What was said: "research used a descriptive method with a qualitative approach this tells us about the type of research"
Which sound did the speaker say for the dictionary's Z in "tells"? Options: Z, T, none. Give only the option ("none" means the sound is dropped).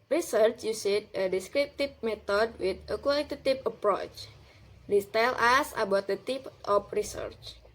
none